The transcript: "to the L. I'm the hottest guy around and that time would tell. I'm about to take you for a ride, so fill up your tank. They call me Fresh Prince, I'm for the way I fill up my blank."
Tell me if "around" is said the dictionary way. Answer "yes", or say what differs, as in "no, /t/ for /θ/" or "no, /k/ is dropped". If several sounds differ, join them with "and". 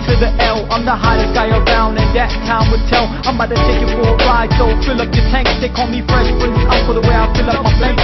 yes